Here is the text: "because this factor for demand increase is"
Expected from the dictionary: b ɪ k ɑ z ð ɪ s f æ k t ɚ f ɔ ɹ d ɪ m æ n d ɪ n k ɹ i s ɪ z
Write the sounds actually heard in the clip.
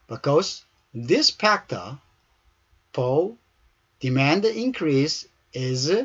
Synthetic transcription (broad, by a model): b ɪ k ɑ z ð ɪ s p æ k t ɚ p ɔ l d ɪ m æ n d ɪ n k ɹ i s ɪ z